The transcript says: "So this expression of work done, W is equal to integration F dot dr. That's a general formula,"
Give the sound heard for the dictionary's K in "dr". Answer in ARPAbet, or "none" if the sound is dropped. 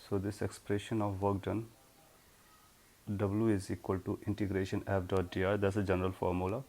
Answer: none